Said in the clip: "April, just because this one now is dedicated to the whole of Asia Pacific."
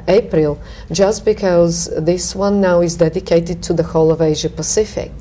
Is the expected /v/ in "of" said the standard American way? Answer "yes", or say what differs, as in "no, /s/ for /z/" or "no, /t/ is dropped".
yes